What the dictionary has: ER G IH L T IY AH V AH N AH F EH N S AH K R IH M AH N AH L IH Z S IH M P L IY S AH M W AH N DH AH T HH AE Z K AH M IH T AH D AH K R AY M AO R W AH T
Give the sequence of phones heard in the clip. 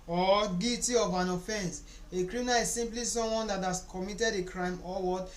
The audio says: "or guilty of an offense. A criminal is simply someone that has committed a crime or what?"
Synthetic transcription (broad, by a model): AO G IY T IY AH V AH N AH F EH N S AH K R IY M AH N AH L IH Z S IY M P L IY S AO M W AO N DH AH T HH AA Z K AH M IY T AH D AH K R AY M AO L W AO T